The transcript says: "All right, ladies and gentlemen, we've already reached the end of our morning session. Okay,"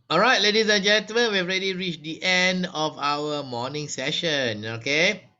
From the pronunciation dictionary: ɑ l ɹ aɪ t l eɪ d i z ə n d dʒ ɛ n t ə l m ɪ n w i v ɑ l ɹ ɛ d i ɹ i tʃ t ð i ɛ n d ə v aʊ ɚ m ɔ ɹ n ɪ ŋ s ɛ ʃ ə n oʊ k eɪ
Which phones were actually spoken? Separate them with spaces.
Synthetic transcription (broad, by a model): ɑ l ɹ aɪ t l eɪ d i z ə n dʒ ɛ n t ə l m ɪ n w i ɑ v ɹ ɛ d i ɹ i tʃ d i ɛ n d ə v aʊ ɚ m ɔ n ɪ ŋ s ɛ ʃ ə n oʊ k eɪ